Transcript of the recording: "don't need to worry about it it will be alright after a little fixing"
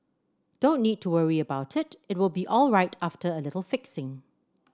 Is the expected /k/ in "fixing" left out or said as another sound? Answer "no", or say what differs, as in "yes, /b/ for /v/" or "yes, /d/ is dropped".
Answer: no